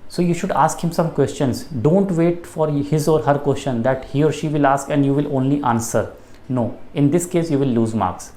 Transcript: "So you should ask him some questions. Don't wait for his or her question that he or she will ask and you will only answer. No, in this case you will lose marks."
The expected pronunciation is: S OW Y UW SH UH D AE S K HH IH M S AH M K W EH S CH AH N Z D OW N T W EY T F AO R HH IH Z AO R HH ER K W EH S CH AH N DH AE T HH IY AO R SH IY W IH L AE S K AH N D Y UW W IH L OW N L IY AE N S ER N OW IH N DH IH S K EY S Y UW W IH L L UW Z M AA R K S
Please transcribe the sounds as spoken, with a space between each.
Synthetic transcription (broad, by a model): S OW Y UW SH UH D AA S K HH IH M S AH M K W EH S CH AH N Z D OW N T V EY T F AO R HH IH Z AO R HH ER K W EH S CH AH N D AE T HH IY AO R SH IY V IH L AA S K AH N D Y UW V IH L OW N L IY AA N S ER N OW IH N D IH S K EY S Y UW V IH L L UW Z M AA R K S